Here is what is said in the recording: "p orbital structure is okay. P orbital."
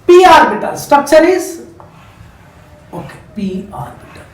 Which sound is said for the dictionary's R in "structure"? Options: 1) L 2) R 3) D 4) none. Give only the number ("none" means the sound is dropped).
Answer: 4